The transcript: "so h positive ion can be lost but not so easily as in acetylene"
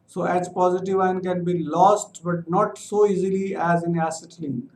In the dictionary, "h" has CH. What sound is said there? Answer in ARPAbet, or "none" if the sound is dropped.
S